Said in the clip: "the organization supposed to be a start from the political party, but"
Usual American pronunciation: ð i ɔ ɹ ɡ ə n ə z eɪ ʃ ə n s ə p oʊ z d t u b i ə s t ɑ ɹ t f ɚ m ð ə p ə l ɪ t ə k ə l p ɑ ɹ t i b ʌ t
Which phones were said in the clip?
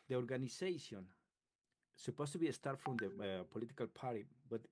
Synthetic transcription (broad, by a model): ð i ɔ ɹ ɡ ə n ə s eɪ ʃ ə n s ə p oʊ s t u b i ə s t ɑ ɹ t f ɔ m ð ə p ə l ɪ t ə k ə l p ɑ ɹ t i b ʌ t